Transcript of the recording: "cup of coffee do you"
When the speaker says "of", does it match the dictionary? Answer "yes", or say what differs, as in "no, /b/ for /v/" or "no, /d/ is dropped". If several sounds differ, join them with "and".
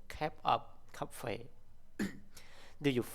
no, /p/ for /v/